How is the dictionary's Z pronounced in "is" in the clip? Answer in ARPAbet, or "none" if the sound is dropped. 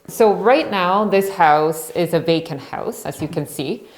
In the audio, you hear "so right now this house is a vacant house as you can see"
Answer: Z